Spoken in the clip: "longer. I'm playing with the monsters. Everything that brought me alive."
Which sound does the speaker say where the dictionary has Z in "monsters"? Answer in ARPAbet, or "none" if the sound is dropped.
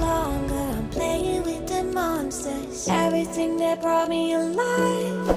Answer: none